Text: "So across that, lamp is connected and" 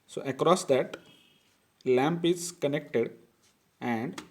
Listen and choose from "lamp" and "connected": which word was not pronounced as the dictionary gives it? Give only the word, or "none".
none